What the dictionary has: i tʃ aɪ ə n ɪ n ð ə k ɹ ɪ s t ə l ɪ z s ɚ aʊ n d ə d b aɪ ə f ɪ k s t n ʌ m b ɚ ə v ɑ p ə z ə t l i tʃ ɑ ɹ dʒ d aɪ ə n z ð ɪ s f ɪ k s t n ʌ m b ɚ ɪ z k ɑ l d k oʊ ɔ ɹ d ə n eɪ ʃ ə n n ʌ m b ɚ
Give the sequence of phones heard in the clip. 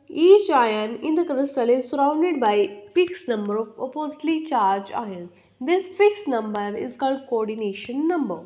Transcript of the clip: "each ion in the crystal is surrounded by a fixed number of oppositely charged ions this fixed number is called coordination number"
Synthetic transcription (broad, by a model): i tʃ aɪ ə n ɪ n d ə k ɹ ɪ s t ə l ɪ z s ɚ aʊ n d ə d b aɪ ə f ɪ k s n ʌ m b ɚ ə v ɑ p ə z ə t l i tʃ ɑ ɹ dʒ aɪ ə n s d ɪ s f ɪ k s n ʌ m b ɚ ɪ z k ɑ l d k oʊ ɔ ɹ d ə n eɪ ʃ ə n n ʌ m b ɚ